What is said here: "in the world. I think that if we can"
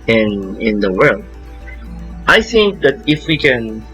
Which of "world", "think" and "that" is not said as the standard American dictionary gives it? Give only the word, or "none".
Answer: none